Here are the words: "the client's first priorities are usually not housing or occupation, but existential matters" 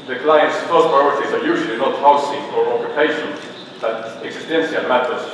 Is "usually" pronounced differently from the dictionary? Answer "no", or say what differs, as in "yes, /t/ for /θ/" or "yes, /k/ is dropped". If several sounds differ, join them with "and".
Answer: no